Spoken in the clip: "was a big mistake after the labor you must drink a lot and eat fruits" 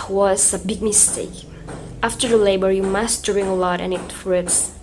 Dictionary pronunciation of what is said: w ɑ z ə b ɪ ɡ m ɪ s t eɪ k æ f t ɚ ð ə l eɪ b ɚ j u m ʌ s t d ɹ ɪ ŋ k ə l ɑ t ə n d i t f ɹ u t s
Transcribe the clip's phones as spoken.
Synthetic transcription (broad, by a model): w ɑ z ə b ɪ ɡ m ɪ s t eɪ k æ f t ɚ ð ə l eɪ b ɚ j u m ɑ s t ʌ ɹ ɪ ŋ ə l ɑ t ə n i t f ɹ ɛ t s